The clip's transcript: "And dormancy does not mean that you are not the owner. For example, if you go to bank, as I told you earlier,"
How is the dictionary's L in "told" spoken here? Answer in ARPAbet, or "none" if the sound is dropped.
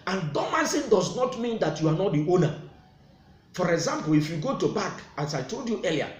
L